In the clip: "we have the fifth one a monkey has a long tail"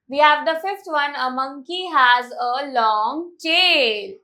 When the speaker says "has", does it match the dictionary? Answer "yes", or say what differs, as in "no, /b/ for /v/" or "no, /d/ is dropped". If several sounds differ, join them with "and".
yes